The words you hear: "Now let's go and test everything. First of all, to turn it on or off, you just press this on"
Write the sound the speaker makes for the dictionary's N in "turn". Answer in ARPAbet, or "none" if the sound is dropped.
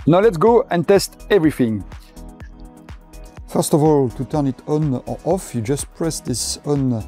N